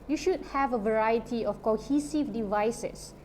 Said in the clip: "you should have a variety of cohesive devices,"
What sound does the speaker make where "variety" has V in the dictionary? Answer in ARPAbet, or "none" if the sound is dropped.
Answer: V